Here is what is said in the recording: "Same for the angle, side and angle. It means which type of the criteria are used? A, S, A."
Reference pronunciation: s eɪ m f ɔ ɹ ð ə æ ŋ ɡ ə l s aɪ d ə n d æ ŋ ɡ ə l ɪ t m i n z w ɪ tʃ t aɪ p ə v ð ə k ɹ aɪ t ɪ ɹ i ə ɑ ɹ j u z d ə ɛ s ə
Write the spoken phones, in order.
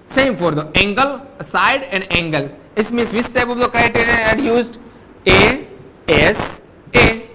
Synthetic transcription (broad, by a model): s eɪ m f ɔ ɹ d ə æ ŋ ɡ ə l s aɪ d ə n d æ ŋ ɡ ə l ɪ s m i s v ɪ s t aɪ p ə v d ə k ɹ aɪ t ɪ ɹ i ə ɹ j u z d ə ɛ s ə